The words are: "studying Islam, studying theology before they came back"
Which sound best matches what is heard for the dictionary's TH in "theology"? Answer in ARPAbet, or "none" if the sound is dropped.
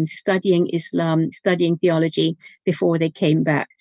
TH